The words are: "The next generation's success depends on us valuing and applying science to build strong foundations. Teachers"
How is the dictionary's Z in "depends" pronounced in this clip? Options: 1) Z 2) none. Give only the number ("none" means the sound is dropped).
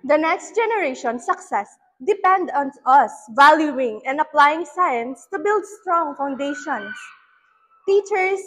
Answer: 2